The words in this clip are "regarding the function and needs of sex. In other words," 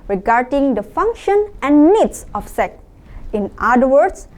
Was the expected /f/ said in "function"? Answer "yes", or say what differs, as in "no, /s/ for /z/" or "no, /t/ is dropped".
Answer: yes